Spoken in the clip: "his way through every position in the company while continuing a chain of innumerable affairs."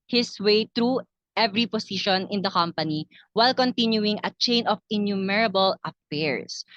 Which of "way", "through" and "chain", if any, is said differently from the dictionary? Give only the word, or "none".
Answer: through